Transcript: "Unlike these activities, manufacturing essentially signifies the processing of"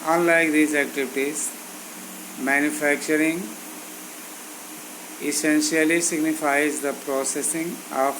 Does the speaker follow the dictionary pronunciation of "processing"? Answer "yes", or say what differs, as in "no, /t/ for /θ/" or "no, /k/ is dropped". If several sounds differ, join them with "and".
yes